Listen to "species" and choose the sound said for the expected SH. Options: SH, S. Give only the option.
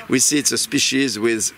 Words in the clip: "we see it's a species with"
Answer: SH